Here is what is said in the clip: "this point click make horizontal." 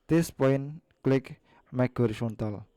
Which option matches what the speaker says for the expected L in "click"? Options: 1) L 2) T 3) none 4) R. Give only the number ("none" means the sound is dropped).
1